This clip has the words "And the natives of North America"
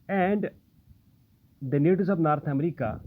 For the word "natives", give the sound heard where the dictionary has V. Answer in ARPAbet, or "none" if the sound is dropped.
none